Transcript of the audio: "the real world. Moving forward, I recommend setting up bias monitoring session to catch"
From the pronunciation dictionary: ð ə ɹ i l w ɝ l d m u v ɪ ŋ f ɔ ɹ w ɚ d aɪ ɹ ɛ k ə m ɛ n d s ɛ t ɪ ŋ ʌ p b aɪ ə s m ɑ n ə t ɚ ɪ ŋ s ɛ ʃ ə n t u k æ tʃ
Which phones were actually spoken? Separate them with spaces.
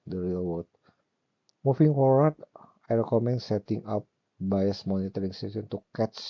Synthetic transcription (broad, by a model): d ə ɹ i l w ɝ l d m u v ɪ ŋ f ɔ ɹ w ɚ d aɪ ɹ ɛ k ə m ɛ n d s ɛ t ɪ ŋ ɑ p b aɪ ə s m ɑ n ə t ɚ ɪ ŋ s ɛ s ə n t u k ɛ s